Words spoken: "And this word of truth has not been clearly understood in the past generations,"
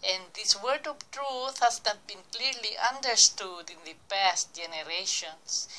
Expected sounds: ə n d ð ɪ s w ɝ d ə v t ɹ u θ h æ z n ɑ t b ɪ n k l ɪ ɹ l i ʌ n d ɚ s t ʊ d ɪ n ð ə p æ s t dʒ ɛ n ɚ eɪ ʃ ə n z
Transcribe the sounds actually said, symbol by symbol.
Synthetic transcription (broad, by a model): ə n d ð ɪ s w ɝ d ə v t ɹ u θ h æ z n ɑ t b ɪ n k l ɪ ɹ l i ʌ n d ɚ s t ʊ d ɪ n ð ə p æ s t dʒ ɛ n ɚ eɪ ʃ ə n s